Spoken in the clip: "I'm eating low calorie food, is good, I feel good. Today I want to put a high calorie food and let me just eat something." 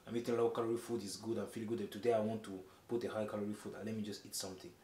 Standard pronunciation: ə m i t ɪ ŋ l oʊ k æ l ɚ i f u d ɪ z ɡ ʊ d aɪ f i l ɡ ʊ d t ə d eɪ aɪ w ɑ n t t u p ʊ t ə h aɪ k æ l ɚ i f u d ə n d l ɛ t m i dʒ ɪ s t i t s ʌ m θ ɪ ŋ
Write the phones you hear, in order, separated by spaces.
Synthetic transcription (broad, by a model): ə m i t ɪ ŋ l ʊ k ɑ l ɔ i f u d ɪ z ɡ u d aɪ f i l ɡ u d t ə d eɪ aɪ w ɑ n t t u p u t ə h aɪ k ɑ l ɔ i f u d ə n l ɛ t m i dʒ ɪ s t i t s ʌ m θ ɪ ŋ